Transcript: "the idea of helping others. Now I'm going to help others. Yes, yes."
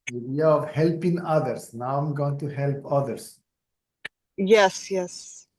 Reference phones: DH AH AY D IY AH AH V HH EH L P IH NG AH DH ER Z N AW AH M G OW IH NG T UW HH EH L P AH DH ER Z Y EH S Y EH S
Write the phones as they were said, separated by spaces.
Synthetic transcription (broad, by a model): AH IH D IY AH AH V HH EH L P IH NG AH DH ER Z N AW AH M G OW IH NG T UW HH EH L P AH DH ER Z Y EH S Y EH S